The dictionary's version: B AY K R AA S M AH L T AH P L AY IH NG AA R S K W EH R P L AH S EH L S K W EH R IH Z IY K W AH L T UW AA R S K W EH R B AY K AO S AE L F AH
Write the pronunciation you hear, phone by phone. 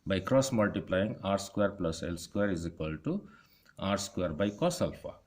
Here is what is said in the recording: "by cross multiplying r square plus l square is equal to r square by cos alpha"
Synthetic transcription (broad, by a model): B AY K R AA S M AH L T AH P L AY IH NG AA R S K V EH R P L AH S EH L S K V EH R IH Z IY K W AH L T UW AA R S K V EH R B AY K AO S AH L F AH